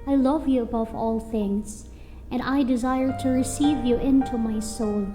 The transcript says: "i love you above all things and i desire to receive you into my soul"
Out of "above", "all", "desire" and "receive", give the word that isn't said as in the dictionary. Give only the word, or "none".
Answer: none